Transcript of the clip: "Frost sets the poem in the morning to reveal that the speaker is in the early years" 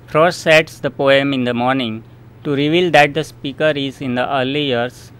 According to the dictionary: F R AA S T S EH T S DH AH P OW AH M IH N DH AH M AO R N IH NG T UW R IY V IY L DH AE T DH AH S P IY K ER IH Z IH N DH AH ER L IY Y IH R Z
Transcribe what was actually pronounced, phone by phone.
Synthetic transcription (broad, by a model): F R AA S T S EH T S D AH P OW AH M IH N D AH M AO R N IH NG T UW R IY V IY L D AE T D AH S P IY K ER IH Z IH N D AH ER L IY Y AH R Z